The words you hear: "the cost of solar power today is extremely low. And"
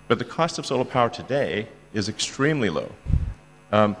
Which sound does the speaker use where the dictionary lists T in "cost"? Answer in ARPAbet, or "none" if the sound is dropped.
T